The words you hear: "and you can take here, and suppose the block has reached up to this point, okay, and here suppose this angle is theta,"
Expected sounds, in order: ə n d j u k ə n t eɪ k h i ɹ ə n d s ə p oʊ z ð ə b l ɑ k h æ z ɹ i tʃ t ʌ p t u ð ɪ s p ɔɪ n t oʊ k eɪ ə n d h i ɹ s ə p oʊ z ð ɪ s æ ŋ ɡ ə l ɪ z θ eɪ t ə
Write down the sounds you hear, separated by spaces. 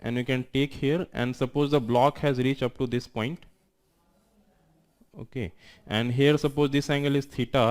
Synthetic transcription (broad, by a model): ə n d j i k ə n t eɪ k h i ɹ ə n d s ə p oʊ z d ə b l ɑ k h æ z ɹ i tʃ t ʌ p t u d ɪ s p ɔɪ n t oʊ k eɪ ə n d h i ɹ s ə p oʊ z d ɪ s æ ŋ ɡ ə l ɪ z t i t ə